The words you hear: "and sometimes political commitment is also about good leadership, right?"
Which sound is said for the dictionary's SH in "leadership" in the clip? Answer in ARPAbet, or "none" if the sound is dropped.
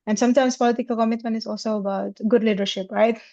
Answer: SH